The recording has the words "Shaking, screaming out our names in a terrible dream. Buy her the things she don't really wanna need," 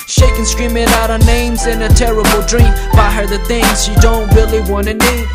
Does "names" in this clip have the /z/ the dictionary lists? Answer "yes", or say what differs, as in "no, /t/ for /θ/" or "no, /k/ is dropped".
yes